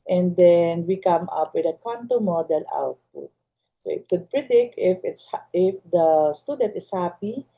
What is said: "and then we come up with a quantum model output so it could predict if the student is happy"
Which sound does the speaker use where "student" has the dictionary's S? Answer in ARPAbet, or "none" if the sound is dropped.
S